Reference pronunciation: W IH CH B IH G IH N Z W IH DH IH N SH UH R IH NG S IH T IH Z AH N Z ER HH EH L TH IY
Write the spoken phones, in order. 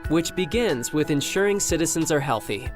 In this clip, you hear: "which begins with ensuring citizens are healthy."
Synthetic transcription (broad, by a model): W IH CH B IH G IH N Z W IH DH IH N SH UH R IH NG S IH T IH Z AH N Z ER HH EH L TH IY